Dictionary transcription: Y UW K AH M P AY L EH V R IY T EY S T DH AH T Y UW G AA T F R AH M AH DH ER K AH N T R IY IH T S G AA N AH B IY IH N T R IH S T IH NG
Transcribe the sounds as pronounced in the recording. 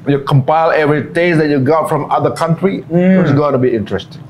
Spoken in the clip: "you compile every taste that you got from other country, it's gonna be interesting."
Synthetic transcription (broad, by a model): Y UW K AH M P AY L EH V R IY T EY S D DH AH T Y UW G AA T F R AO M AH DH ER K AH N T R IY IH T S G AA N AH B IY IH N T R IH S T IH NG